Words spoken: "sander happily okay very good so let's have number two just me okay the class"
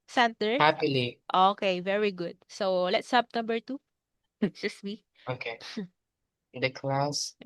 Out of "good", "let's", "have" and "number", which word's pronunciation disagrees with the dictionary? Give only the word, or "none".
have